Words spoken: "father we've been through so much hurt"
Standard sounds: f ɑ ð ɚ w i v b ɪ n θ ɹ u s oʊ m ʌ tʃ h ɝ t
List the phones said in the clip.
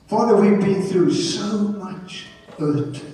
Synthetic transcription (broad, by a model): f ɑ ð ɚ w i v b ɪ n θ ɹ u s oʊ m ʌ tʃ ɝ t